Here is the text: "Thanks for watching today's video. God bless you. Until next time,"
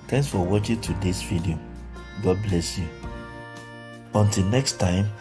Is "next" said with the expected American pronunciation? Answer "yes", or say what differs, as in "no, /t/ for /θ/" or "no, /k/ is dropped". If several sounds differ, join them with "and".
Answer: yes